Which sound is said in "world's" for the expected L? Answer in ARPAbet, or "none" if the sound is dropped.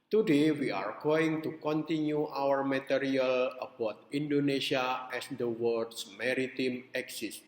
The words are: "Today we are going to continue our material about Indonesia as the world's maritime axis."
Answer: none